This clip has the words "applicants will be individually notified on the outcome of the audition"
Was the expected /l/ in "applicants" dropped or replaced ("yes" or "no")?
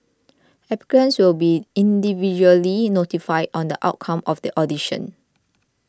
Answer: yes